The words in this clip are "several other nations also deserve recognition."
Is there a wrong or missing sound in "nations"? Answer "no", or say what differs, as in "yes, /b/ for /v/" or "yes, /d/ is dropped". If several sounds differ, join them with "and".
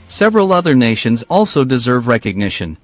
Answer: no